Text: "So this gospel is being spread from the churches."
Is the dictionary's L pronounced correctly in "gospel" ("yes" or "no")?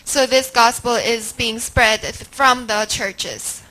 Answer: yes